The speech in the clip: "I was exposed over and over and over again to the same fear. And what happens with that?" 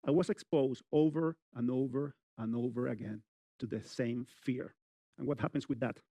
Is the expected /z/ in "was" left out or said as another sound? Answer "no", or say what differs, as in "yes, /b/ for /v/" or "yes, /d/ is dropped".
yes, /s/ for /z/